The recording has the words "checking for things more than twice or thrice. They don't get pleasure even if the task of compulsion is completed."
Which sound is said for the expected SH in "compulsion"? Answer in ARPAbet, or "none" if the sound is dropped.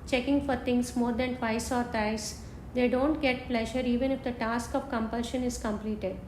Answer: SH